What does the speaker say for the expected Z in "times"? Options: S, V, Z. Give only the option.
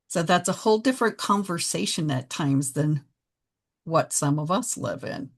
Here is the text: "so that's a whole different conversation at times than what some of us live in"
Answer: Z